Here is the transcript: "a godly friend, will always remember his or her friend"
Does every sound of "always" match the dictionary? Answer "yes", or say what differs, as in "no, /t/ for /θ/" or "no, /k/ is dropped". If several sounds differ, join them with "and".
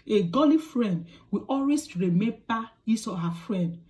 no, /s/ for /z/